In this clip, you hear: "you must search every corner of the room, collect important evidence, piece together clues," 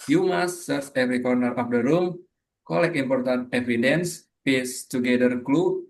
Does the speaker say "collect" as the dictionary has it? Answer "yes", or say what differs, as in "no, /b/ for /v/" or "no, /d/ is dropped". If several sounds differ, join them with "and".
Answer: no, /t/ is dropped